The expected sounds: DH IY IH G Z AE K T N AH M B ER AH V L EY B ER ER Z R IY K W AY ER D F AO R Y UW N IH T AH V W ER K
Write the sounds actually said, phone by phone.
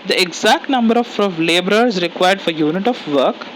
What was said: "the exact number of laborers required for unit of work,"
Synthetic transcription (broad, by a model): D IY IH G Z AE K T N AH M B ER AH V L EY B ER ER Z R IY K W AY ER D F AO R Y UW N IH T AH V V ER K